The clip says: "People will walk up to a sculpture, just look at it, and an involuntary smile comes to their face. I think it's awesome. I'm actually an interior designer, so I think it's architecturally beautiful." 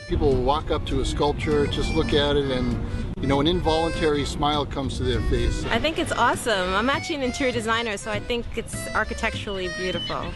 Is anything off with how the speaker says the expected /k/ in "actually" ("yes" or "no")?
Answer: yes